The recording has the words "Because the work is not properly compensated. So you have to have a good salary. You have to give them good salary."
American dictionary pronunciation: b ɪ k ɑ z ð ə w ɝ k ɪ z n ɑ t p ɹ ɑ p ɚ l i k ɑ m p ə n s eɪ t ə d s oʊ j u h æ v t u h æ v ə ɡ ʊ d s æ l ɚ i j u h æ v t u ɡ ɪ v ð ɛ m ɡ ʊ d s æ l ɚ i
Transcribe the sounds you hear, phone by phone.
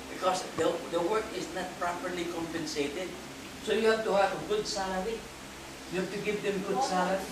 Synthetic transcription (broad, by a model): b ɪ k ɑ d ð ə w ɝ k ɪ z n ɑ t p ɹ ɑ p ɚ l i k ɑ m p ə n s eɪ t ə d s oʊ j u h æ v t u h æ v ə ɡ ʊ d s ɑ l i j u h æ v t u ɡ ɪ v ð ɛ m ɡ ʊ d s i